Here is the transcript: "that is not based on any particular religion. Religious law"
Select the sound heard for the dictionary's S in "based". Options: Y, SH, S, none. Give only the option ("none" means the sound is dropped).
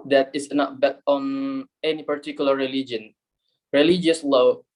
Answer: none